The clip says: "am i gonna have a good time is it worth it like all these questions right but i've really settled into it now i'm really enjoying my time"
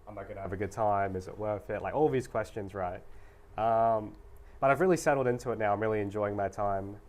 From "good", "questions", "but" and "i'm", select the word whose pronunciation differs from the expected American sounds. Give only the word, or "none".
none